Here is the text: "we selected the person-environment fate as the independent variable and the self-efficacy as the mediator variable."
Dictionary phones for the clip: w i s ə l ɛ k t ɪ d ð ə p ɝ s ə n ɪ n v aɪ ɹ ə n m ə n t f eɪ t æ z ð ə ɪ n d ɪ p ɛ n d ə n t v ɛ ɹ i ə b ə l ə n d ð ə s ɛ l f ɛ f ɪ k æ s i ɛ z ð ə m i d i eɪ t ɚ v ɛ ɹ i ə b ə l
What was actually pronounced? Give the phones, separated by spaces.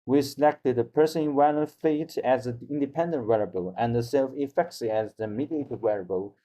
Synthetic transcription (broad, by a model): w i s ə l ɛ k t ɪ d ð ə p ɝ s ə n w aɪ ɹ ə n ə f eɪ t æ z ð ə ɪ n d ɪ p ɛ n d ə n t w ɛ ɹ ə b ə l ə n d ð ə s ɛ l f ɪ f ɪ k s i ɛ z ð ə m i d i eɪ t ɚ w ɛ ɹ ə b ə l